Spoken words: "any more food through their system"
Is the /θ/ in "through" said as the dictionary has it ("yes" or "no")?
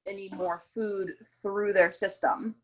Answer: yes